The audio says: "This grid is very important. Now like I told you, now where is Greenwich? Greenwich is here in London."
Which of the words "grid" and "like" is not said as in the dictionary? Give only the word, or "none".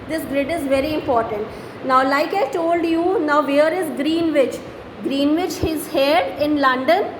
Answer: none